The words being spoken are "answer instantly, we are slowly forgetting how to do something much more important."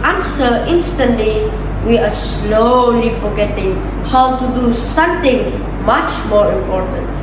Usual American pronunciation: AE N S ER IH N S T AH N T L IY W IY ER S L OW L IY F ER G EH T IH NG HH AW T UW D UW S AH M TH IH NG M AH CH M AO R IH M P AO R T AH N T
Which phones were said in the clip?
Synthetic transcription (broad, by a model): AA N S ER IH N S T AH N T L IY W IY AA S L OW L IY F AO G EH T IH NG HH AW T UW D UW S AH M T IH NG M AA CH M AO R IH M P AO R T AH N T